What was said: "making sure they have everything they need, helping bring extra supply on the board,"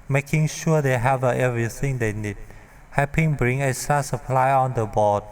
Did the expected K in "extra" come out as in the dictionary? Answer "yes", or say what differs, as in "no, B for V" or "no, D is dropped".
no, K is dropped